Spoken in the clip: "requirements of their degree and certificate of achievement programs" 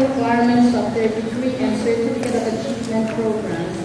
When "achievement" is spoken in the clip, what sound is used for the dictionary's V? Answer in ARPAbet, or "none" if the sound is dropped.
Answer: P